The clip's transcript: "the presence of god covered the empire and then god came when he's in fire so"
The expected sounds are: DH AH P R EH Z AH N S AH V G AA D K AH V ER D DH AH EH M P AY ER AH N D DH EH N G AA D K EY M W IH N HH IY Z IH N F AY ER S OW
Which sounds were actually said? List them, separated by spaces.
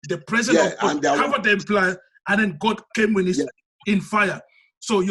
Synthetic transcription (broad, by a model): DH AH P R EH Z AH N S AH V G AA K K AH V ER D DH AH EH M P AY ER AH N D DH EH N G AA D K EY M W IH N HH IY S IH N F AY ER S OW